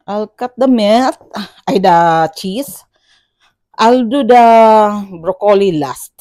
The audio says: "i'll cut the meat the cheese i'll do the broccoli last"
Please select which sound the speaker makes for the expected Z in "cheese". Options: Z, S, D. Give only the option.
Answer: S